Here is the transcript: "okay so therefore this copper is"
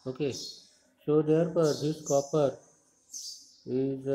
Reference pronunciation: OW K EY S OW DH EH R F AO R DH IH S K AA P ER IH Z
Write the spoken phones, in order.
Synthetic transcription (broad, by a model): OW K EY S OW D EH R P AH R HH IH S K AA P ER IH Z